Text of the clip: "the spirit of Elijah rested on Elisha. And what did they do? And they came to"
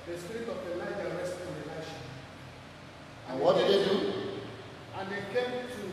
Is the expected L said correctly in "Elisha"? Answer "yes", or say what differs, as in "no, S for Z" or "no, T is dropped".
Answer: no, L is dropped